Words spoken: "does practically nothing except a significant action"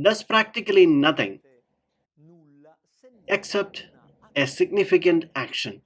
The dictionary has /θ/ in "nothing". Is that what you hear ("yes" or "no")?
no